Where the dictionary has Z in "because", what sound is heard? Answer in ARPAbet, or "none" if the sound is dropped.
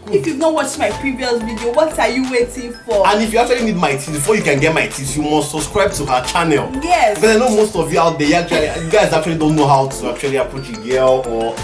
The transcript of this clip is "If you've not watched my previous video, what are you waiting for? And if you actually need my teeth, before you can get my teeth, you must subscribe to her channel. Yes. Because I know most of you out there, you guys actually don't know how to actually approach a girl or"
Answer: none